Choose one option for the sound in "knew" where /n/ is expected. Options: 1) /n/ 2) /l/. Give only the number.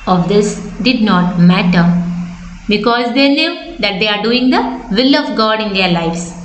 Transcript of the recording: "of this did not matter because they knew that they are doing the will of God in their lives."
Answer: 2